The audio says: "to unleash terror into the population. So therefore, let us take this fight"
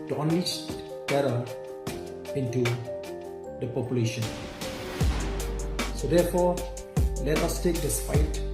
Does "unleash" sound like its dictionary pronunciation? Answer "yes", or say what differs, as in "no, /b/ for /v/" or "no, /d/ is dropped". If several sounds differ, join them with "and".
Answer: no, /l/ is dropped